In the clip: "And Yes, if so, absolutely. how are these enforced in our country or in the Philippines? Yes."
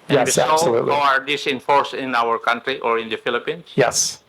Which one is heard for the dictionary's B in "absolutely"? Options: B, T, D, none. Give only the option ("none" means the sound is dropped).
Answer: none